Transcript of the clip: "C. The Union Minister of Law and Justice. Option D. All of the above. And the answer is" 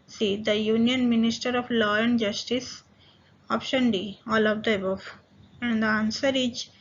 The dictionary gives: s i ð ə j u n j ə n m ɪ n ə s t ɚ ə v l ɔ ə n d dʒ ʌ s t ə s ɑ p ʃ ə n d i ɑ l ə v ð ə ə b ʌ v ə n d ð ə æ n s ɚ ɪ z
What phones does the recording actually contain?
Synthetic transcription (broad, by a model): s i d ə j u n j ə n m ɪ n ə s t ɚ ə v l ɔ ə n d dʒ ʌ s t ə s ɑ p ʃ ə n d i ɑ l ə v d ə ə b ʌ f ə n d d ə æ n s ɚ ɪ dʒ